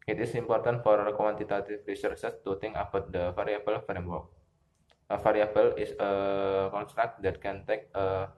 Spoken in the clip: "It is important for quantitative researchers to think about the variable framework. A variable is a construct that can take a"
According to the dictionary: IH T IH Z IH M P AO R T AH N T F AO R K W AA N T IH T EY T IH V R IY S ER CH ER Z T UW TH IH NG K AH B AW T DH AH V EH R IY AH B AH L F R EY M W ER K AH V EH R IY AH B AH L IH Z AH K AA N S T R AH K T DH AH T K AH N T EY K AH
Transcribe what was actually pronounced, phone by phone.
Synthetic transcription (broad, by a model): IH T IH S IH M P AO R T AH N T F AO R K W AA N T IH T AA T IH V R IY S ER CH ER T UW T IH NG AH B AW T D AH F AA R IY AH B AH L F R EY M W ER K AH F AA R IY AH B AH L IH S AH K AA N S T R AH K T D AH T K AH N T EY K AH